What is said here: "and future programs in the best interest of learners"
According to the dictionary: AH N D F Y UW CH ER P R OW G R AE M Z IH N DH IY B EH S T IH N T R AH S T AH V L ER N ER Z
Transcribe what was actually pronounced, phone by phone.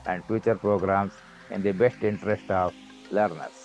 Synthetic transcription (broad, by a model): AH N D F Y UW CH ER P R OW G R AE M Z IH N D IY B EH S T IH N T R AH S T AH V L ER N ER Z